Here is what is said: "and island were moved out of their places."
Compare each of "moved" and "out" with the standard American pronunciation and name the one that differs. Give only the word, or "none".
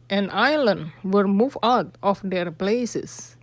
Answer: moved